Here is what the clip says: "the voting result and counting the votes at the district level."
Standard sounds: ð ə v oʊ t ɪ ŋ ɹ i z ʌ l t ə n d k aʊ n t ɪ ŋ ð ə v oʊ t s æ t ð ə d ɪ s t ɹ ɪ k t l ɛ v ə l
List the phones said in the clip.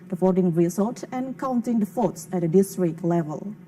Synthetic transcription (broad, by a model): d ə f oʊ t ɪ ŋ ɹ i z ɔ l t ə n k aʊ n t ɪ ŋ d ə f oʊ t s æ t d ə d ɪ s t ɹ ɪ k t l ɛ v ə l